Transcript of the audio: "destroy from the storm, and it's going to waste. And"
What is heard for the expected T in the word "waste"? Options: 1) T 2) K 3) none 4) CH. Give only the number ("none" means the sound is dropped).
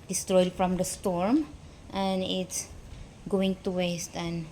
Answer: 1